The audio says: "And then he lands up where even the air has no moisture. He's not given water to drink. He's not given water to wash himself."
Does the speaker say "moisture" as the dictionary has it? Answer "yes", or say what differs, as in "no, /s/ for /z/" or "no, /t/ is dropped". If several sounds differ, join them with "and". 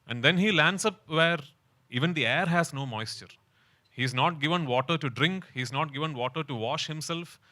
yes